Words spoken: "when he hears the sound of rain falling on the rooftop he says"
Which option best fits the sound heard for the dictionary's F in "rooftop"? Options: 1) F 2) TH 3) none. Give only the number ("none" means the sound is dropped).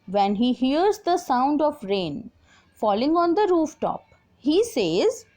1